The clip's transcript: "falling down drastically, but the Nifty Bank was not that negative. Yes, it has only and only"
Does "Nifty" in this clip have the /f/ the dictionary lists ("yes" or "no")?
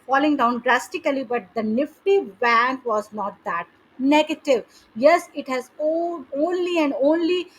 yes